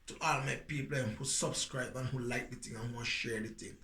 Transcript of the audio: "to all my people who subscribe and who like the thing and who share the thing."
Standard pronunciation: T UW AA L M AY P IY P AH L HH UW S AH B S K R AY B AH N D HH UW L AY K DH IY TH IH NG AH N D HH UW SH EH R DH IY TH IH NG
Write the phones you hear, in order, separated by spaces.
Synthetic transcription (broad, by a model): T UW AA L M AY P IY P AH N HH UW S AH B S K R AY B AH N HH UW L AY K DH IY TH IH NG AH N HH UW SH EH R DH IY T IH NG